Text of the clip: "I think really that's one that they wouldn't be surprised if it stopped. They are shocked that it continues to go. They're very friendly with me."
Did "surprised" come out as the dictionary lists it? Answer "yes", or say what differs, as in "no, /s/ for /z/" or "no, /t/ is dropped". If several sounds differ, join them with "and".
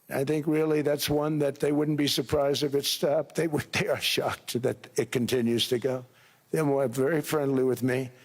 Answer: yes